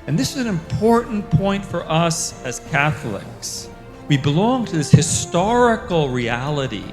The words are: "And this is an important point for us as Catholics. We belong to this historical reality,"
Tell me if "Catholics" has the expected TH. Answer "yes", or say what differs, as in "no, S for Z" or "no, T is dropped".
yes